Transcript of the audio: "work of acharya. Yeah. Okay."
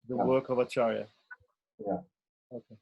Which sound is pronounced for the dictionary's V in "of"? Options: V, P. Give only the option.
V